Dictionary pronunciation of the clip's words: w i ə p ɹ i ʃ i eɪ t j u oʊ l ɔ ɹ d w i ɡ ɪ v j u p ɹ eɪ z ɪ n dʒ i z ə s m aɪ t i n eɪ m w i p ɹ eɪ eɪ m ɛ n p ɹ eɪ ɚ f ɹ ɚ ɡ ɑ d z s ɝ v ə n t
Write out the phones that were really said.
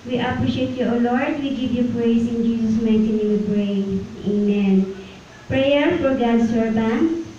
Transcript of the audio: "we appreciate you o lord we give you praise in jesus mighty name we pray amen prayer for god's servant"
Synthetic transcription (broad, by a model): w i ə p ɹ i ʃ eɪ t j u oʊ l ɔ ɹ d w i ɡ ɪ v j u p ɹ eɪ s ɪ n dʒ i s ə s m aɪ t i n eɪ w i p ɹ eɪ eɪ m ɛ n p ɹ eɪ ɚ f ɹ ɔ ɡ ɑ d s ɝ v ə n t